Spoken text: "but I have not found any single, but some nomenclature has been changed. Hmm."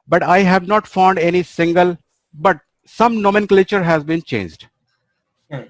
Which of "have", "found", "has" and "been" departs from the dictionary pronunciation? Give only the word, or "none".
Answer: none